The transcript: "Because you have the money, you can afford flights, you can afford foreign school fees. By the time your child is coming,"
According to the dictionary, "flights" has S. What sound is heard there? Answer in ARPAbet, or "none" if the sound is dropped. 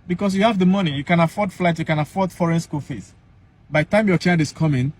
none